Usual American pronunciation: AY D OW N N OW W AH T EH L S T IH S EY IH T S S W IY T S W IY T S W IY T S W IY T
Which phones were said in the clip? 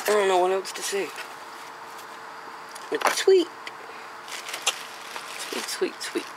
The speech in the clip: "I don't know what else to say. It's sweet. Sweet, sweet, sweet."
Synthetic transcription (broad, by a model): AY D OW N N OW W AH T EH W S T IH S EY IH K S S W IY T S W IY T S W IY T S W IY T